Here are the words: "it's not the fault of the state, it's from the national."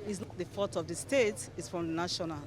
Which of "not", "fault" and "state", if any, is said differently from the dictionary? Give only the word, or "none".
fault